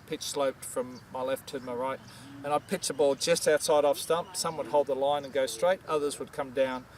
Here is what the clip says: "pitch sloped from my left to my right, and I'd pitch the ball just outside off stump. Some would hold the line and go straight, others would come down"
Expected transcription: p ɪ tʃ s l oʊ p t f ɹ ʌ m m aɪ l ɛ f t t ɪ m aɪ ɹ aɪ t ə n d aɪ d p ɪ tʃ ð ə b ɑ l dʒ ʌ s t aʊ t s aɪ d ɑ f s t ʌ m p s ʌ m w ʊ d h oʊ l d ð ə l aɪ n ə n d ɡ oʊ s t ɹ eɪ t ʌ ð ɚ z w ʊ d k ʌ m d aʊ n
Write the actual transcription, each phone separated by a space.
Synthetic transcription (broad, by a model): p ɪ tʃ s l oʊ p t f ɹ ʌ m m aɪ l ɛ f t t ɪ m aɪ ɹ aɪ t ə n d aɪ d p ɪ tʃ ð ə b ɑ l dʒ ʌ s t aʊ t s aɪ d ɑ f s t ʌ m p s ʌ m w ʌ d h oʊ l d ð ə l aɪ n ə n ɡ oʊ s t ɹ eɪ t ʌ ð ɚ z w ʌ d k ʌ m d aʊ n